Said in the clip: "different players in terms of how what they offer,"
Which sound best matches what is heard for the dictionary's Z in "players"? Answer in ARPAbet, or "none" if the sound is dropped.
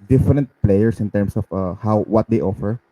S